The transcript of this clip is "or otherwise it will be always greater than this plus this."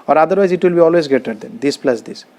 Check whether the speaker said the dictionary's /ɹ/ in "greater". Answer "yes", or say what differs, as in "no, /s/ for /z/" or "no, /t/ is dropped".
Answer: no, /ɹ/ is dropped